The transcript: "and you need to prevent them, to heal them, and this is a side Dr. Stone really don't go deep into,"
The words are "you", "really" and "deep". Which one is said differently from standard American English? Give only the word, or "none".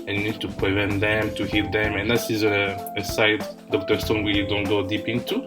really